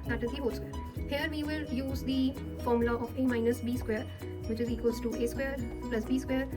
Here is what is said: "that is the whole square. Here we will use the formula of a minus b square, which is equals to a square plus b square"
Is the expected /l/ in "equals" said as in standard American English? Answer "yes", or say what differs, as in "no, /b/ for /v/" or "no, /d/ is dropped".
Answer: no, /l/ is dropped